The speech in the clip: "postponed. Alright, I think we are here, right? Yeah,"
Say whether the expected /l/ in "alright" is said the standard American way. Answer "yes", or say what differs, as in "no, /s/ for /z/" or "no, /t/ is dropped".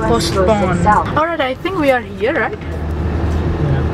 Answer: yes